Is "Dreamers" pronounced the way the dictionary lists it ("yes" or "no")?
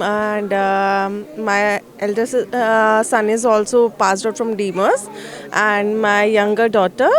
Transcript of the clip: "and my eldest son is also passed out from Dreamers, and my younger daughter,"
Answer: no